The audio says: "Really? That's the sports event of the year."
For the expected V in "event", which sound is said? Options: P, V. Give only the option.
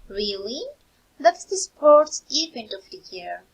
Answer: P